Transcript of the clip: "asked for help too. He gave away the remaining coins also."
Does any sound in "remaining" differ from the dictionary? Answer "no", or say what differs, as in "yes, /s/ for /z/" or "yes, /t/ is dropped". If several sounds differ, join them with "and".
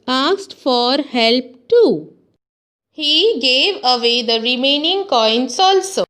no